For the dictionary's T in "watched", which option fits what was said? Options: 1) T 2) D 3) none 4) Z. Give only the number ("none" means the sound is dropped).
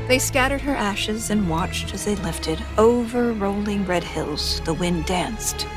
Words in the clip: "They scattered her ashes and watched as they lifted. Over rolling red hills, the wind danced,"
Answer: 1